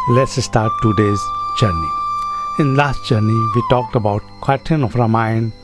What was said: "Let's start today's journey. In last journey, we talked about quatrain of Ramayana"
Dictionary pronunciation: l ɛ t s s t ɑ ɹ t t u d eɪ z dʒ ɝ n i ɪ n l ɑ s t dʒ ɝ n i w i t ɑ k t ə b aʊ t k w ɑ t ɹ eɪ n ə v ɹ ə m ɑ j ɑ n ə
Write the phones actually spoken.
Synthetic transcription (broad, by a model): l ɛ t s s t ɑ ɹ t t u d eɪ z dʒ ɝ n i ɪ n l ɑ s t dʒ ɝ n i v i t ɑ k t ə b aʊ t k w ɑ t eɪ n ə f ɹ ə m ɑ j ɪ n